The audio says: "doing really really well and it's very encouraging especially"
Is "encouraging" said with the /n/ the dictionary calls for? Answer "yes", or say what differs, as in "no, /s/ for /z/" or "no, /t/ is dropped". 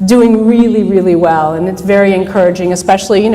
yes